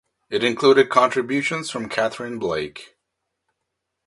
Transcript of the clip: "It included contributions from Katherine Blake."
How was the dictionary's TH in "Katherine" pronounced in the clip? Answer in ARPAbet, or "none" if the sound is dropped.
TH